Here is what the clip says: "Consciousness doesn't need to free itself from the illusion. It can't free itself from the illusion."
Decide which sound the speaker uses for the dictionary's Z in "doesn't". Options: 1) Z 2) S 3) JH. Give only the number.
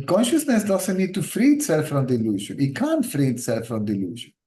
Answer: 2